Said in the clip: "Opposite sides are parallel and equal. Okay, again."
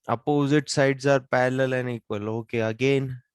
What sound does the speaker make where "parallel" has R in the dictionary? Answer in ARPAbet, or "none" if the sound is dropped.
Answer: L